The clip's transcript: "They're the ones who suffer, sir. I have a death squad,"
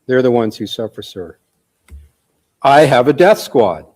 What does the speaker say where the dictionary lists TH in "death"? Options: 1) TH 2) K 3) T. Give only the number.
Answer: 1